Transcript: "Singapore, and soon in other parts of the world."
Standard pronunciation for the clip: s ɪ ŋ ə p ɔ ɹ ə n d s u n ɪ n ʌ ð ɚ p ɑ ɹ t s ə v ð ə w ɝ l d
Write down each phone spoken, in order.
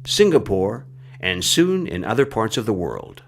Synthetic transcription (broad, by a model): s ɪ ŋ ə p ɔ ɹ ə n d s u n ɪ n ʌ ð ɚ p ɑ ɹ t s ə v ð ə w ɝ l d